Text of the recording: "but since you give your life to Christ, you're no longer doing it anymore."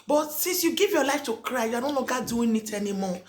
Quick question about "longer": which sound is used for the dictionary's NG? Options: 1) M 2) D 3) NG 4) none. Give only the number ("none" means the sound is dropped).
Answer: 4